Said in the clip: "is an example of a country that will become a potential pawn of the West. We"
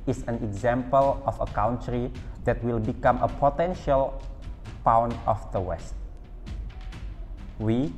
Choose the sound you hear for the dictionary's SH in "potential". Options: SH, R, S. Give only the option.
SH